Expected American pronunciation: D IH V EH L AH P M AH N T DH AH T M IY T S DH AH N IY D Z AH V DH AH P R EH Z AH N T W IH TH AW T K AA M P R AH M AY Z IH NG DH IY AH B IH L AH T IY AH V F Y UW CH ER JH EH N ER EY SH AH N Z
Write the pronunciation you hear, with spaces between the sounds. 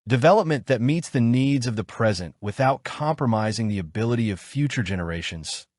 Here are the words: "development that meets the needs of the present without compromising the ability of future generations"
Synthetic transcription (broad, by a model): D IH V EH L AH P M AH N DH AH T M IY T S DH AH N IY D Z AH V DH AH P R EH Z AH N T W IH TH AW T K AA M P R AH M AY Z IH NG DH IY AH B IH L AH T IY AH V F Y UW CH ER JH EH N ER EY SH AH N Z